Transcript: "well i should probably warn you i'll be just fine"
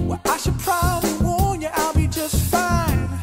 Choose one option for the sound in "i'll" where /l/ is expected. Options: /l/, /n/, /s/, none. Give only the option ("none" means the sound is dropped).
/l/